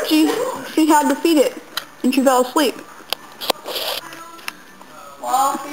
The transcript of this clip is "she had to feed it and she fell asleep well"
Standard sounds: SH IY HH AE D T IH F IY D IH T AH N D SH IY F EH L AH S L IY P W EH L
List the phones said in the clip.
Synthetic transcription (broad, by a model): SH IY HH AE D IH F IY D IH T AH N SH IY F EH L AH S L IY P